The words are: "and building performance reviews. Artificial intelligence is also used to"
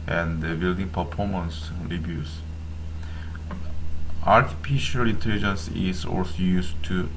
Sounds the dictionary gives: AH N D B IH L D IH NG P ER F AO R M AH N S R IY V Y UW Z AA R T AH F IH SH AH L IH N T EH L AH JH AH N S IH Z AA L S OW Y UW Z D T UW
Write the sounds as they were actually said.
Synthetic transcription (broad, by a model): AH N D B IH L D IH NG P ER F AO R M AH N S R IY B Y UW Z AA R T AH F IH SH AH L IH N T EH L AH JH AH N S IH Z AA L S OW Y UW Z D T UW